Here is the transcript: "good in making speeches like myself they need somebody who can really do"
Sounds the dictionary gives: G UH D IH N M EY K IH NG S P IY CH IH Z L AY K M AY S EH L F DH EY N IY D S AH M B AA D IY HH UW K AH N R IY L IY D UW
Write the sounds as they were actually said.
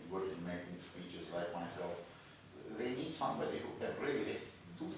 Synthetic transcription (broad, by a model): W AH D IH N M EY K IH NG S P IY CH IH Z L AY K M AY S EH L F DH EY N IY D S AH M B AA D IY HH UW K AH N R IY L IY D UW